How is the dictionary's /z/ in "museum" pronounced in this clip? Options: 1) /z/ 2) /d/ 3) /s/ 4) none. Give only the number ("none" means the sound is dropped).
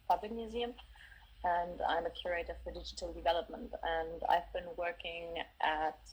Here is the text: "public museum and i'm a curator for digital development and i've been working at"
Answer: 1